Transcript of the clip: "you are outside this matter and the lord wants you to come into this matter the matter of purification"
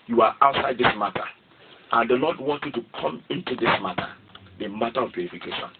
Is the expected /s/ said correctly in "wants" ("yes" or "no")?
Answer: no